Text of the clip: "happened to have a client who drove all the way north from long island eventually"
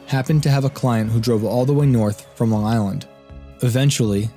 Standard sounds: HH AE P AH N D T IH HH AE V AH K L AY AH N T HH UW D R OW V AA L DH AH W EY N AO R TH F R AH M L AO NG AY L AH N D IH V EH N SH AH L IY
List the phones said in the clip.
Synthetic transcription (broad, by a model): HH AE P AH N T IH V AH K L AY AH N T HH UW D R OW V AA L DH AH W EY N AO R TH F R AH M L AO NG AY L AH N D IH V EH N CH L IY